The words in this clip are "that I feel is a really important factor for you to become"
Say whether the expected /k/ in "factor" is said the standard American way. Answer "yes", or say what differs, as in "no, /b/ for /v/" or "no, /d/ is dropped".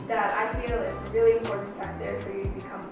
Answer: no, /k/ is dropped